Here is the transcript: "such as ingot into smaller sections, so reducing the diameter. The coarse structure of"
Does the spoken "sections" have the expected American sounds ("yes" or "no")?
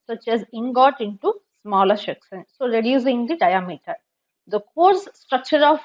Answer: no